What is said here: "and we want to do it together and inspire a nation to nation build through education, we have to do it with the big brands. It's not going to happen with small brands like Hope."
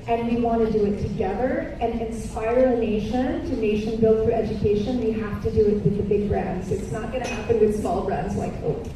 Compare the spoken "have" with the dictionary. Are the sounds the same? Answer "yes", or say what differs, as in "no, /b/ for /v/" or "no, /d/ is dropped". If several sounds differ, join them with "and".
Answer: no, /f/ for /v/